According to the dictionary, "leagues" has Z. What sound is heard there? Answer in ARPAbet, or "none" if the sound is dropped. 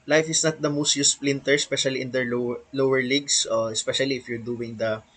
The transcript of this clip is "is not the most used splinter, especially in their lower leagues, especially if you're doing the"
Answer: S